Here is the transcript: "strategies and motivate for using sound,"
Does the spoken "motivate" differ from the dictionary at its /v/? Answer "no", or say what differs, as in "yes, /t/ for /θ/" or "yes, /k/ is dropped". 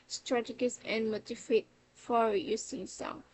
yes, /f/ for /v/